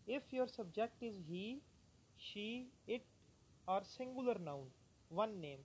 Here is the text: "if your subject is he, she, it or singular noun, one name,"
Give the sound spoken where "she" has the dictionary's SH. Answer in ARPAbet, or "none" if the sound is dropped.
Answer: SH